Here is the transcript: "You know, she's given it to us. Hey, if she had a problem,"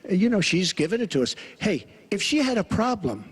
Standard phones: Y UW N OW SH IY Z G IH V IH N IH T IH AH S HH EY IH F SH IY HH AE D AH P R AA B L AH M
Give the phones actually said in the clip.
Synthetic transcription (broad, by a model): Y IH N OW SH IY Z G IH V IH N IH T IH AH S HH EY IH F SH IY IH D AH P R AA B L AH M